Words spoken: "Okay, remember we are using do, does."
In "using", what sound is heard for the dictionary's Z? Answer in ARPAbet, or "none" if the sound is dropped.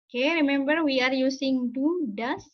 S